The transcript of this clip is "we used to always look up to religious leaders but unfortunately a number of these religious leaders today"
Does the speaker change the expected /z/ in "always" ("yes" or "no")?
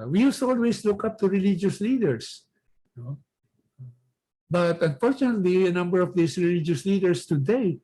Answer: yes